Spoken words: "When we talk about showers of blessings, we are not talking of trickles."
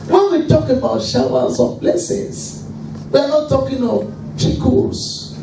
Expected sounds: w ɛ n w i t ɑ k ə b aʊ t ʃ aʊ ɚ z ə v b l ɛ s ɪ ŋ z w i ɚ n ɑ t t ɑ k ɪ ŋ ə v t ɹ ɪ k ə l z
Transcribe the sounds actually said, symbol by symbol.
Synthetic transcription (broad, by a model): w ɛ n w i t ɑ k ə b aʊ t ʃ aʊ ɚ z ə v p l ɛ s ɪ z w i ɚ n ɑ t t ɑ k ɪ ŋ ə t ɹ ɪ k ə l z